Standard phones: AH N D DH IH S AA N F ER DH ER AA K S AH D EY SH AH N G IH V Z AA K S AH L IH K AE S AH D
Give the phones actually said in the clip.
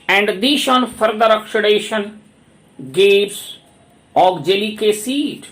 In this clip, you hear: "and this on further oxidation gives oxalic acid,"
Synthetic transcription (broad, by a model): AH N D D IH SH AA N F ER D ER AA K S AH D EY SH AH N G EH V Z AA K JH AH L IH K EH S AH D